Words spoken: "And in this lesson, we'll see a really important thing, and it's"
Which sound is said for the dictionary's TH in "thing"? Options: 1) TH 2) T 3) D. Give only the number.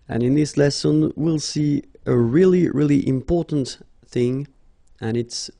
1